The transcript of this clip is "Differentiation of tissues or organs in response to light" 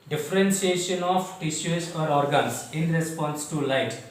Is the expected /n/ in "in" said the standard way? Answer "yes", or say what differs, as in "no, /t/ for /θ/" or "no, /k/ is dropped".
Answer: yes